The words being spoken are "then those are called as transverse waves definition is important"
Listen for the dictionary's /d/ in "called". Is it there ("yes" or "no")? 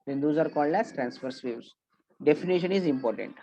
yes